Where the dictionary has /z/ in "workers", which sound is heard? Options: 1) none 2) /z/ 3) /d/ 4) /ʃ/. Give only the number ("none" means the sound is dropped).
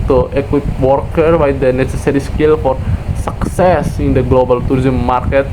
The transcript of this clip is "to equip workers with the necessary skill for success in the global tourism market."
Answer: 1